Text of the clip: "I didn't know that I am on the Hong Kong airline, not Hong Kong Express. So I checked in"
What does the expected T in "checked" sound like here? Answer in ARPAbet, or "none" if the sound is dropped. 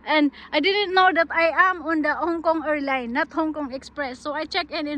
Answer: none